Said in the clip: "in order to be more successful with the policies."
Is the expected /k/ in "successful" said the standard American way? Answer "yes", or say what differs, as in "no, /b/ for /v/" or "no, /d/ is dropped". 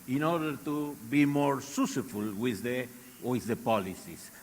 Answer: no, /k/ is dropped